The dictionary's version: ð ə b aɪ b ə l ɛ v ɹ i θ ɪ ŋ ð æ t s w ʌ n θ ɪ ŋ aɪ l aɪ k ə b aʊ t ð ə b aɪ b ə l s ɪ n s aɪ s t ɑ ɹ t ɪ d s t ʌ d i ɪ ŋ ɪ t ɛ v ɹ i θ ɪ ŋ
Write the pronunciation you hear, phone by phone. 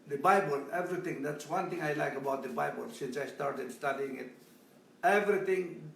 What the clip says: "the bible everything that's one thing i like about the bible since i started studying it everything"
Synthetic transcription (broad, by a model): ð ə b aɪ b ə l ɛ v ɹ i t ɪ ŋ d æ t s w ʌ n t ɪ ŋ aɪ l aɪ k ə b aʊ t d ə b aɪ b ə l s ɪ n s aɪ s t ɑ ɹ t ɪ d s t ʌ d i ɪ ŋ ɪ t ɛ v ɹ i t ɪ ŋ